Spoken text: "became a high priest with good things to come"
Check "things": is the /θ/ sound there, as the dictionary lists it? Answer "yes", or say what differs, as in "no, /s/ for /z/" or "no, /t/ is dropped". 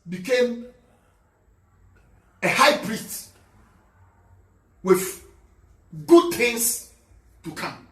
no, /t/ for /θ/